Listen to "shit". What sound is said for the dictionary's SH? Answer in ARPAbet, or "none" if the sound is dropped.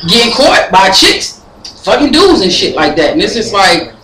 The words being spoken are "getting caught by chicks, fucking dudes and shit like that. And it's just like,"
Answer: SH